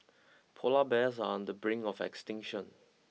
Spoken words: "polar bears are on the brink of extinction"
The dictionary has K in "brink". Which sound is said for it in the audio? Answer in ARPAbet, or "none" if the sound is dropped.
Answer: none